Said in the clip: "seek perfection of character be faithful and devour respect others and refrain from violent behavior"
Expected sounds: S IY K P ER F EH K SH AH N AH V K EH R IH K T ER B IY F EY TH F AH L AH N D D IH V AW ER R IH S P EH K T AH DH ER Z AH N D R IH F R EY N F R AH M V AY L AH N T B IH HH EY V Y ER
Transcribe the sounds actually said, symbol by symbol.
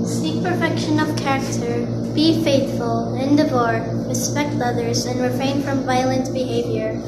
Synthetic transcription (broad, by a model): S IY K P ER F EH K SH AH N AH V K EH R IH K T ER B IY F EY TH F AH L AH N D D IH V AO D R IH S P EH K T AH DH ER Z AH N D R IH F R EY N F R AH M V AY L AH N T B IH HH EY V Y ER